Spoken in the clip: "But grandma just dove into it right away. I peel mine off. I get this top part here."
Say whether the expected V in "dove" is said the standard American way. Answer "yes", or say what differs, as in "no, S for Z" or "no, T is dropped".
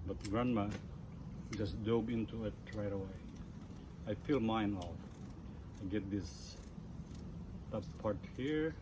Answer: no, B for V